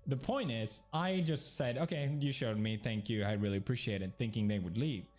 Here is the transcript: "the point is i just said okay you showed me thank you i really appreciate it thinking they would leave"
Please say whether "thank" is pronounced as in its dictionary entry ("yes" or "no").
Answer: yes